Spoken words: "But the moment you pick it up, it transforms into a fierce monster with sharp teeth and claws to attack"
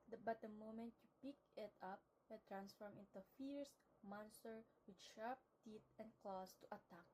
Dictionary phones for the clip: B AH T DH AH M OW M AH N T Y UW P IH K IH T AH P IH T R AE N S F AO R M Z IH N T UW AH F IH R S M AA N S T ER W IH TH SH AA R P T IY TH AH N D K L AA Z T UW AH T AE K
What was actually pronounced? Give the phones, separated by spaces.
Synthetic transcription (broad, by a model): B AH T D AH M OW M AH N T Y UW P IH K IH T AH P IH T R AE N S F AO R M IH N T UW F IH R S M AA N S T ER W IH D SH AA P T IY T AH N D K L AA S T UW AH T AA K